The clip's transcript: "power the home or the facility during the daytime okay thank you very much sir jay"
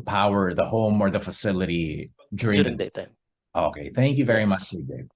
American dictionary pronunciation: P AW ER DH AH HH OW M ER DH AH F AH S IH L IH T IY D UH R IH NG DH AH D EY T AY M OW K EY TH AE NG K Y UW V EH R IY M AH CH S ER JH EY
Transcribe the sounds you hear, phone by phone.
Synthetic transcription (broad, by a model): P AW ER DH AH HH OW M ER DH AH F AH S IH L IH T IY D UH R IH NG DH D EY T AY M OW K EY TH AE NG K Y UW V EH R IY M AH CH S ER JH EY